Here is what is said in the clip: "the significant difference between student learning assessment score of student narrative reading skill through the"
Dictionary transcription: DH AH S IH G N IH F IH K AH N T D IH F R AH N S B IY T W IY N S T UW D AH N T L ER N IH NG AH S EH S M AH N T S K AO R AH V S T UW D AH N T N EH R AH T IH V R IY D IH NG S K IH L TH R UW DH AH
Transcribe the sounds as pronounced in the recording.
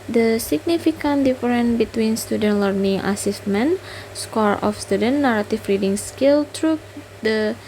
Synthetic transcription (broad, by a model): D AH S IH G N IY F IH K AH N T D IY F R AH N B IY T W IY N S T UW D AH N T L ER N IH NG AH S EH S M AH N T S K AO R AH F S T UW D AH N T N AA R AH T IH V R IY D IH NG S K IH L T R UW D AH